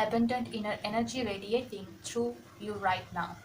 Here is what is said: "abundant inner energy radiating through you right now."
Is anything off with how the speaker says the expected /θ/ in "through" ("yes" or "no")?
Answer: yes